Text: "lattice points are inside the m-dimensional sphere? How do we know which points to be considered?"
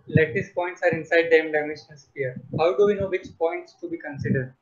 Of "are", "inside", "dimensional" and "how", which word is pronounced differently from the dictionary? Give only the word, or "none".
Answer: dimensional